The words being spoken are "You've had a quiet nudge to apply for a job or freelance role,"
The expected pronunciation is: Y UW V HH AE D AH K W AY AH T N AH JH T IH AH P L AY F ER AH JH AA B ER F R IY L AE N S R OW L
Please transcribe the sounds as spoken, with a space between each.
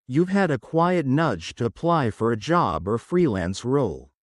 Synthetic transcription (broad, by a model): Y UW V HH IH D AH K W AY AH T N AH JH T IH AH P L AY F ER AH JH AA B ER F R IY L AE N S R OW L